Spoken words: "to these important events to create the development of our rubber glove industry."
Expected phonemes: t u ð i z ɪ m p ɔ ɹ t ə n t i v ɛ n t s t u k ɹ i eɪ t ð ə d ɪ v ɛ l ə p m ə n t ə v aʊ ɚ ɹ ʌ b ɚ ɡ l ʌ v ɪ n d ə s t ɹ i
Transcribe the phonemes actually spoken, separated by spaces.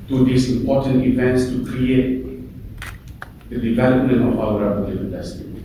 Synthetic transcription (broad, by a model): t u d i s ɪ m p ɔ t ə n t i v ɛ n t s t u k ɹ i eɪ t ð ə d ɪ v ɛ l ə p m ə n t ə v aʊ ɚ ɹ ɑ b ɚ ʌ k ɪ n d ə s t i